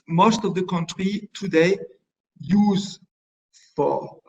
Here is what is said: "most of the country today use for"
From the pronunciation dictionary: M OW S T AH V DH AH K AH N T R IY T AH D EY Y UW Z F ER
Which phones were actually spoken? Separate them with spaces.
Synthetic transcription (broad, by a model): M OW S T AH V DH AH K AH N T R IY T AH D EY Y UW Z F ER